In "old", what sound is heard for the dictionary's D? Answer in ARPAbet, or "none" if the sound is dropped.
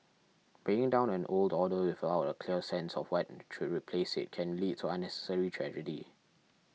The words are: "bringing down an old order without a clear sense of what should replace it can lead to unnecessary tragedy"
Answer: D